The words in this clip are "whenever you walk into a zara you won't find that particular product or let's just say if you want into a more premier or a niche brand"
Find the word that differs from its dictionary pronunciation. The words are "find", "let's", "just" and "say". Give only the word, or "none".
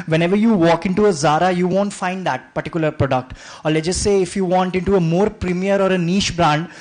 let's